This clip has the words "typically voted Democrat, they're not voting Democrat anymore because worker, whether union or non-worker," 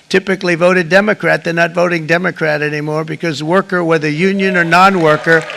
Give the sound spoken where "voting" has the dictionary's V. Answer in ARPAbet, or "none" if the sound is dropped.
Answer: V